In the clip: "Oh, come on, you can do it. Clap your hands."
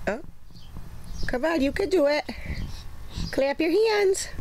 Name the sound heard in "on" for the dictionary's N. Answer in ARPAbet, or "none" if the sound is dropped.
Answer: L